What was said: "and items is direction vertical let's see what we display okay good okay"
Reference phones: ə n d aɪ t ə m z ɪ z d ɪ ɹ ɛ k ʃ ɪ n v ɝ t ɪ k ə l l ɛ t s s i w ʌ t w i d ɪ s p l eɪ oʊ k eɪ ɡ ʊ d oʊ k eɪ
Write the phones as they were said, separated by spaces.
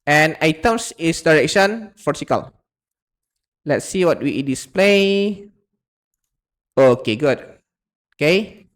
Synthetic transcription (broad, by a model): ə n aɪ t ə m s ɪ s d ɪ ɹ ɛ k ʃ ɪ n f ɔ s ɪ k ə l l ɛ t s s i w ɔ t w i d ɪ s p l eɪ oʊ k eɪ ɡ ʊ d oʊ k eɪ